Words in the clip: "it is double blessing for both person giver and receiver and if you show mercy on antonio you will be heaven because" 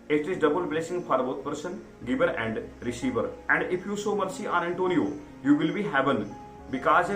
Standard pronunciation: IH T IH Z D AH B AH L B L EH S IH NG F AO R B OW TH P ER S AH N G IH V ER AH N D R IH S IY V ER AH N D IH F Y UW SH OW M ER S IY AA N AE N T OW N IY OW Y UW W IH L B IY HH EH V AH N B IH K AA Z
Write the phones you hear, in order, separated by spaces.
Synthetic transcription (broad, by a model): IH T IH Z D AH B AH L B L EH S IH NG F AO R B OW T P ER S AH N G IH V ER AH N D R IH S IY V ER AH N D IH F Y UW S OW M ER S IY AA N AE N T OW N IY OW Y UW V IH L B IY HH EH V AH N B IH K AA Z